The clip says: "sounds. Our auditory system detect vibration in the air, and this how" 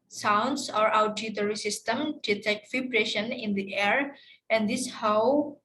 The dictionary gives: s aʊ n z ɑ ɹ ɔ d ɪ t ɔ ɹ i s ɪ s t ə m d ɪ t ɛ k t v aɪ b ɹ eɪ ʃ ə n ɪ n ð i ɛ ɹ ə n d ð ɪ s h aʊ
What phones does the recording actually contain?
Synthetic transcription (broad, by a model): s aʊ n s ɑ ɹ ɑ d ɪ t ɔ ɹ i s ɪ s t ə m d ɪ t ɛ k t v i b ɹ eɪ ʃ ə n ɪ n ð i ɛ ɹ ə n d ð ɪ s h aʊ